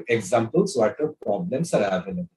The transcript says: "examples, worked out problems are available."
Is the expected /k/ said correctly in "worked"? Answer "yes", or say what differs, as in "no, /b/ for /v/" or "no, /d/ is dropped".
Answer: no, /k/ is dropped